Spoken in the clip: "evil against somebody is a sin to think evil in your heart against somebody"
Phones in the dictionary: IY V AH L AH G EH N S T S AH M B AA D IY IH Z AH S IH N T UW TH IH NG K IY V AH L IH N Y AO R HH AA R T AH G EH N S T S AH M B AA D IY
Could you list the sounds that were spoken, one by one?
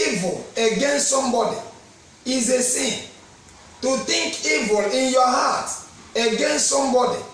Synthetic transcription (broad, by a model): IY V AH L AH G EH N S T S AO M B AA D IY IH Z AH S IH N T UW T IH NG K IY V AH L IH N Y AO HH AA T AH G EH N S T S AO M B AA D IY